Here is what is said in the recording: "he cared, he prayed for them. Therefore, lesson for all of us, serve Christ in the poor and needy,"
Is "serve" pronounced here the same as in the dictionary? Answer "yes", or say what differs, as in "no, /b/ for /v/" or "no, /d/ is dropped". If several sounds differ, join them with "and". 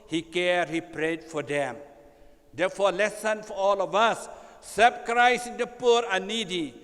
no, /b/ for /v/